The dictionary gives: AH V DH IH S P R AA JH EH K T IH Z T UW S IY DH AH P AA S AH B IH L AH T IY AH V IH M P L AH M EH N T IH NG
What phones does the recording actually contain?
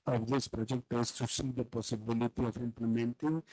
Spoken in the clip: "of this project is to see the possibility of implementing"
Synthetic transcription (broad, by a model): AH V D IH S P R AA JH EH K T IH S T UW S IY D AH P AA S AH B IH L AH T IY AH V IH M P L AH M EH N T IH NG